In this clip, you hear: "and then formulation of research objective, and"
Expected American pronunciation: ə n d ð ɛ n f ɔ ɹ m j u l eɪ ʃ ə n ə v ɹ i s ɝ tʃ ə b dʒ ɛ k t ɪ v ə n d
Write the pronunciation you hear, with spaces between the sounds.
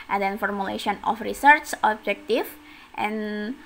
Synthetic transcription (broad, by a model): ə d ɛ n f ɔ ɹ m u l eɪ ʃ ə n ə f ɹ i s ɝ s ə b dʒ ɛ k t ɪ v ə n